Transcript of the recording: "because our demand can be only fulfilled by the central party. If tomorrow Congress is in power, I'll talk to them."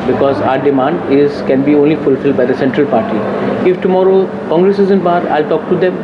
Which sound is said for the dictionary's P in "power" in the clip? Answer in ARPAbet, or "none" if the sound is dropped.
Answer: B